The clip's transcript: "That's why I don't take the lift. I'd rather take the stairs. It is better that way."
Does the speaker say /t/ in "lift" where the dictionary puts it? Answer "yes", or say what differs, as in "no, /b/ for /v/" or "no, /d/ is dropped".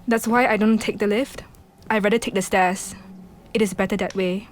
yes